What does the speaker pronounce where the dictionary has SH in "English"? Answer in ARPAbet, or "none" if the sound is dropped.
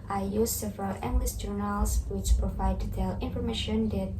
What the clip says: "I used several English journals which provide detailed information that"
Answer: S